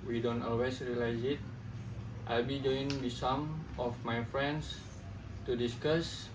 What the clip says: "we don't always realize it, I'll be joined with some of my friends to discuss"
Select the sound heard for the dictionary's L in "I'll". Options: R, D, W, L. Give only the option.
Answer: L